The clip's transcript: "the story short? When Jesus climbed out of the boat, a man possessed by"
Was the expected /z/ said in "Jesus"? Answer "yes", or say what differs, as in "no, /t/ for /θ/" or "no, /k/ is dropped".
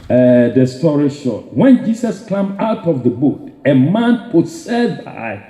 no, /s/ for /z/